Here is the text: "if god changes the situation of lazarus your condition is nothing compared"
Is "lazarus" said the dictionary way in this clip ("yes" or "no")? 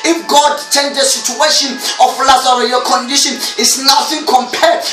no